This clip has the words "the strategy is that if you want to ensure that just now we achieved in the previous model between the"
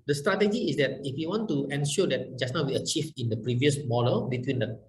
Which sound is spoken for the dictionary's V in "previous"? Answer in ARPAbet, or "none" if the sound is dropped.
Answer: V